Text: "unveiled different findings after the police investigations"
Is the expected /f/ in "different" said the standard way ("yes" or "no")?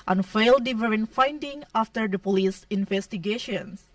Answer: no